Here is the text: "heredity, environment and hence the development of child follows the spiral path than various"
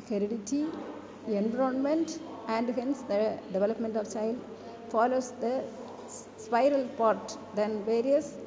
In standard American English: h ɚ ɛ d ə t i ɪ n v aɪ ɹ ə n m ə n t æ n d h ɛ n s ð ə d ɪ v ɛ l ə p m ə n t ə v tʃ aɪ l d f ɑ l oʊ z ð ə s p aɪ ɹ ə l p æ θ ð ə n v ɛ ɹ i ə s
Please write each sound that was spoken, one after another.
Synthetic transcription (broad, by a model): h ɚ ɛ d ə t i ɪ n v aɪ ɹ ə n m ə n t æ n d h ɛ n s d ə d ɪ v ɛ l ə p m ə n t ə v tʃ aɪ l d f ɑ l oʊ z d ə s p aɪ ɹ ə l p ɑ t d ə n v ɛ ɹ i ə s